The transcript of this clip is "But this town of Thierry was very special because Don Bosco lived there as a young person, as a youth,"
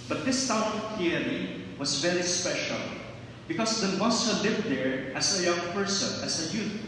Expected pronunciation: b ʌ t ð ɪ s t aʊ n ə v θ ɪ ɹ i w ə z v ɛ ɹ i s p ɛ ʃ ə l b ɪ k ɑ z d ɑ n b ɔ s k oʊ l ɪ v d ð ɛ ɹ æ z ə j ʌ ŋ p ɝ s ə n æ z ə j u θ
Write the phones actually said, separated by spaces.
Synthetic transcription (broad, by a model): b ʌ t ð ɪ s t aʊ n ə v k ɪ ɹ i w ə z v ɛ ɹ i s p ɛ ʃ ə l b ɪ k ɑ s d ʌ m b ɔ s oʊ l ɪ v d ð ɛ ɹ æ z ə j ʌ ŋ p ɝ s ə n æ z ə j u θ